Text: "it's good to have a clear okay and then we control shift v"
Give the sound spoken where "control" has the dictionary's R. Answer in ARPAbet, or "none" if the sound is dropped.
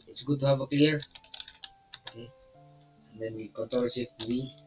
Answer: none